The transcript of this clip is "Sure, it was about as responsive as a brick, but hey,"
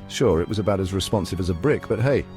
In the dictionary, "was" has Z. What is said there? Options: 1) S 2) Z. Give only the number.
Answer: 2